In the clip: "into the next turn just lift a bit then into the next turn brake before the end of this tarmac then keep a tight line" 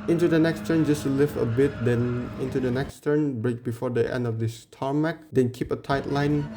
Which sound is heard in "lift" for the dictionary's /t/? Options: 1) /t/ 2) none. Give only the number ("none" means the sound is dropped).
2